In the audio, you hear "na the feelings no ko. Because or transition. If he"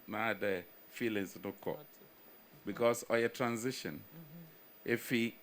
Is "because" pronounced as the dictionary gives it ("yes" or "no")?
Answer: no